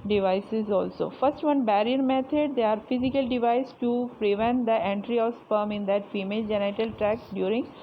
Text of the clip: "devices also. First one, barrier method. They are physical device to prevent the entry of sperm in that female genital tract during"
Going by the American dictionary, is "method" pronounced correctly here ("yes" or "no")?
no